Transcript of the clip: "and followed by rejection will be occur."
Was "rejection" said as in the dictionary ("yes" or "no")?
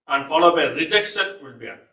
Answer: no